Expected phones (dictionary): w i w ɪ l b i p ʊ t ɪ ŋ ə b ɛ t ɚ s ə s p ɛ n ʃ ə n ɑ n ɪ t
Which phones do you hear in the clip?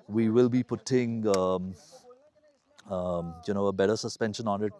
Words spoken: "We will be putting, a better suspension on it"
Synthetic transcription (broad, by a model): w i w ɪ l b i p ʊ t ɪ ŋ ə b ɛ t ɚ s ə s p ɛ n ʃ ə n ɑ n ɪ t